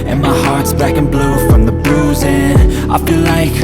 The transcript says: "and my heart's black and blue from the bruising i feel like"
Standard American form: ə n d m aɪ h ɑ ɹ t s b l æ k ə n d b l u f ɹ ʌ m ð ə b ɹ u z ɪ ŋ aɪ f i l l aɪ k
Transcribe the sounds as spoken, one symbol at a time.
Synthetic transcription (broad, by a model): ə n m aɪ h ɑ ɹ t s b æ k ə n b l u f ɹ ʌ m ð ə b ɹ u z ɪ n aɪ f i l l aɪ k